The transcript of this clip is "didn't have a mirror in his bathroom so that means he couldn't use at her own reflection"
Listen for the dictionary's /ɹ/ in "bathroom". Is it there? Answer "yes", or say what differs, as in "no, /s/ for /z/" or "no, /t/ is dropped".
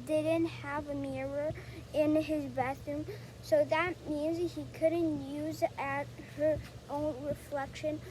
no, /ɹ/ is dropped